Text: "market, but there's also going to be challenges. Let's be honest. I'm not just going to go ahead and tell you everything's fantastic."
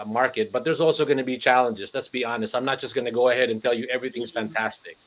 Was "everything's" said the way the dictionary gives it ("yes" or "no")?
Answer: yes